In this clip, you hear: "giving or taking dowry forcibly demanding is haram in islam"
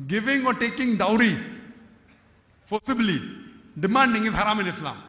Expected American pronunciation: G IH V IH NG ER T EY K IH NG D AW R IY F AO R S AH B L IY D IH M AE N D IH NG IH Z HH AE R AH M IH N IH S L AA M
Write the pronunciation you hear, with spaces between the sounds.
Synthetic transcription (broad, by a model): G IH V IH NG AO T EY K IH NG D AW R IY P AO S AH B L IY D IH M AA N D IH NG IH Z HH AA R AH M IH N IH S L AA M